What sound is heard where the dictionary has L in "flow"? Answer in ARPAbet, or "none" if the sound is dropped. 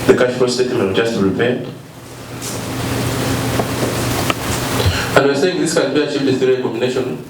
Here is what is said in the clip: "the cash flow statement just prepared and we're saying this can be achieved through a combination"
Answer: none